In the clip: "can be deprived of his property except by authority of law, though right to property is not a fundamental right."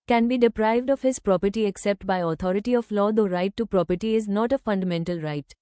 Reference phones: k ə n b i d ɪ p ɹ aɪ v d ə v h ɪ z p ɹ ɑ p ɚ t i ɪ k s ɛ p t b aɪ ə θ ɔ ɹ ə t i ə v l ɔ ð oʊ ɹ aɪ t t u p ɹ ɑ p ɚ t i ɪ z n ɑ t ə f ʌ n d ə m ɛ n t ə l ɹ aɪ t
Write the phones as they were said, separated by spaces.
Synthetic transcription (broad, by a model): k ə n b i d ɪ p ɹ aɪ v d ə v h ɪ z p ɹ ɑ p ɚ t i ɪ k s ɛ p t b aɪ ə t ɔ ɹ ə t i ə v l ɔ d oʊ ɹ aɪ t t u p ɹ ɑ p ɚ t i ɪ z n ɑ t ə f ʌ n d ə m ɛ n t ə l ɹ aɪ t